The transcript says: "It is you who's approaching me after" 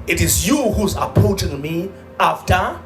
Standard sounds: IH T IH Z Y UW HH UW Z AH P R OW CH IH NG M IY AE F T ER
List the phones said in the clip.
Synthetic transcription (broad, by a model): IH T IH Z Y UW HH UW Z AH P OW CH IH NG M IY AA F T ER